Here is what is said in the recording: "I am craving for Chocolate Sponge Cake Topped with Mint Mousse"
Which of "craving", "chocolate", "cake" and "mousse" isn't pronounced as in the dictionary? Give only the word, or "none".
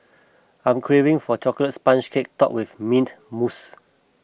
none